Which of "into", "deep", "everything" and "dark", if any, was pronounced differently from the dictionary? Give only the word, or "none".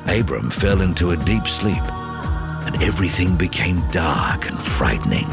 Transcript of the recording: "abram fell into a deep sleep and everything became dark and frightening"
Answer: none